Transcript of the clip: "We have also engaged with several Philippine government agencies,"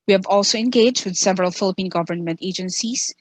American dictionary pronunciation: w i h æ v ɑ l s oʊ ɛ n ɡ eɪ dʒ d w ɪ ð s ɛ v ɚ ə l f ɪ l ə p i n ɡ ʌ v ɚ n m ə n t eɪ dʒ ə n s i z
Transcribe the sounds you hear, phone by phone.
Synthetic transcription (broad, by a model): w i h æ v ɑ l s oʊ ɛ n ɡ eɪ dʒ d w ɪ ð s ɛ v ɚ ə l f ɪ l ə p i n ɡ ʌ v ɚ n m ə n t eɪ dʒ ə n s i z